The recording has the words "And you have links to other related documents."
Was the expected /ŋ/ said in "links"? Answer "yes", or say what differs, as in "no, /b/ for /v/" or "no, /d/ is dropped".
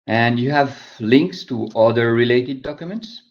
yes